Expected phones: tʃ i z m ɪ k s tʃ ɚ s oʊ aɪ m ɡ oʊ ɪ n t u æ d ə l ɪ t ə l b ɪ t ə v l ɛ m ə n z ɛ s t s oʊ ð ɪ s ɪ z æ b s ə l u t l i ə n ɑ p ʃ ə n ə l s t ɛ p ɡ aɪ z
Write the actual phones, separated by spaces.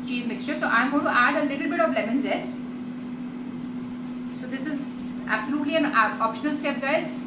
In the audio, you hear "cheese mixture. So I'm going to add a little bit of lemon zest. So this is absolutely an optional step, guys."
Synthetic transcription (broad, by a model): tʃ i z m ɪ k s tʃ ɚ s oʊ aɪ m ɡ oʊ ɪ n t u æ d ə l ɪ t ə l b ɪ t ə v l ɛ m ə n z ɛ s t s oʊ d ɪ s ɪ z æ b s ə l u t l i ə n ɑ p ʃ ə n ə l s t ɛ p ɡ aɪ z